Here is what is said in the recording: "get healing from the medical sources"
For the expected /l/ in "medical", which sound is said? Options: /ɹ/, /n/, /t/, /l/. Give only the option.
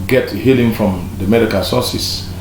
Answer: /n/